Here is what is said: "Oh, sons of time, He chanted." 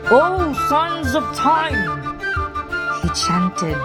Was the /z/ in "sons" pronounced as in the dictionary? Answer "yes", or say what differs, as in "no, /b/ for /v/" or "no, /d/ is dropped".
yes